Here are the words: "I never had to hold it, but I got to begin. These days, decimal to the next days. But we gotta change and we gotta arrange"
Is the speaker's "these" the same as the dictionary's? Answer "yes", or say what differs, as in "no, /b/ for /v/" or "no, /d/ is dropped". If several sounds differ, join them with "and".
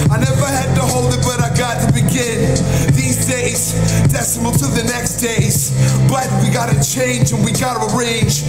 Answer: yes